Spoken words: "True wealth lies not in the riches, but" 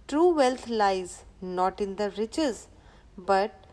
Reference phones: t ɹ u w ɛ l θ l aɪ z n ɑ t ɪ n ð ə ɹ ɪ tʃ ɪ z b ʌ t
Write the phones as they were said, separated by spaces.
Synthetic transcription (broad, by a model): t ɹ u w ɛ l t l aɪ z n ɑ t ɪ n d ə ɹ ɪ tʃ ɪ z b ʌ t